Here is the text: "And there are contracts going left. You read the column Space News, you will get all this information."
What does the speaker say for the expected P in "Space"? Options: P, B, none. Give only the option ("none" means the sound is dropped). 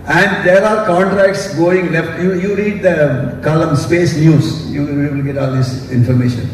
P